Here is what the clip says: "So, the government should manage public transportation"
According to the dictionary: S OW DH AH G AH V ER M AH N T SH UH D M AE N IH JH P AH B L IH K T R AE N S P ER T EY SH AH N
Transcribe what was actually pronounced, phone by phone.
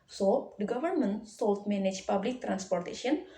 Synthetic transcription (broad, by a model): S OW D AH G AH V ER M AH N T S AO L M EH N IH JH P AH B L IH K T R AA N S P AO T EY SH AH N